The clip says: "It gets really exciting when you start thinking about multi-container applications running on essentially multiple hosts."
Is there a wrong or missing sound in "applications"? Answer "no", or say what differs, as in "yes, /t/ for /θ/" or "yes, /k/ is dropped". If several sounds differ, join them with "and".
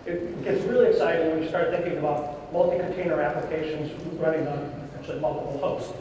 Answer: no